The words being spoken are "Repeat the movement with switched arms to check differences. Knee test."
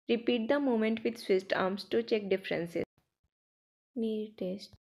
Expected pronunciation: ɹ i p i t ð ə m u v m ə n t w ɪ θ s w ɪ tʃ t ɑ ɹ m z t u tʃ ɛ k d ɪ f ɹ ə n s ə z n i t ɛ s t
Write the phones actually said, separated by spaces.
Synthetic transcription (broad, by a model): ɹ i p i t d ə m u m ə n t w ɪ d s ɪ s t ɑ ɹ m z t u tʃ ɛ k d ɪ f ɹ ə n s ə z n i t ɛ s t